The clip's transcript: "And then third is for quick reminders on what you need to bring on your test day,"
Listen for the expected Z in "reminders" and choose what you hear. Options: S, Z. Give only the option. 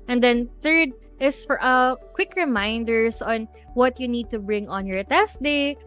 S